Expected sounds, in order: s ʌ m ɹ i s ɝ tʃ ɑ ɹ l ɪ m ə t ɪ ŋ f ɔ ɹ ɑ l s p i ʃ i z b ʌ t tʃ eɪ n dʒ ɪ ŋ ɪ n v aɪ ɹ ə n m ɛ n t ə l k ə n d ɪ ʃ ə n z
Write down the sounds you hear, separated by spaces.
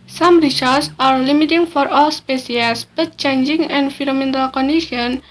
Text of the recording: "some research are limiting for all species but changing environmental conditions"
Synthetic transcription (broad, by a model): s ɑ m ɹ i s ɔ s ɑ ɹ l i m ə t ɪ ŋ f ɔ ɹ ɑ l s p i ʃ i s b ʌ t tʃ eɪ n dʒ ɪ ŋ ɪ n f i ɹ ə m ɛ n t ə l k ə n d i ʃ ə n